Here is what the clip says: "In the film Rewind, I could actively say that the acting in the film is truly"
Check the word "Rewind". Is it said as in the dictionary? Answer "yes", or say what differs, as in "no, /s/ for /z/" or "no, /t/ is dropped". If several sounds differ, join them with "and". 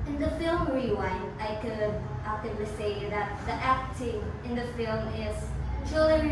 no, /d/ is dropped